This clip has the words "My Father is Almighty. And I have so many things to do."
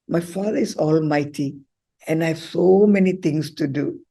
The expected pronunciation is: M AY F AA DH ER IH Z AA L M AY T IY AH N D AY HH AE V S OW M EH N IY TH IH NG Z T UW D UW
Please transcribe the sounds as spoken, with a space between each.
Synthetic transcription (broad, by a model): M AY F AA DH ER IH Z AA L M AY T IY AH N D AY HH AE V S OW M EH N IY T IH NG S T UW D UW